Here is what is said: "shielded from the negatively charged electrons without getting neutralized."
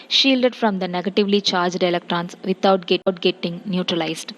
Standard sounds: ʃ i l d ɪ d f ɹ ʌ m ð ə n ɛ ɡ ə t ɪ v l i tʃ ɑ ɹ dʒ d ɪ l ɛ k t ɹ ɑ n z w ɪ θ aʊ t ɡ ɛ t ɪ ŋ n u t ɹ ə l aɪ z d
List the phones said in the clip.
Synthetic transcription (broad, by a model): ʃ i l d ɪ d f ɹ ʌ m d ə n ɛ ɡ ə t ɪ v l i tʃ ɑ ɹ dʒ d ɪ l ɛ k t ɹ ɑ n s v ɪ t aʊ t ɡ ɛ t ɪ ŋ n u t ɹ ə l aɪ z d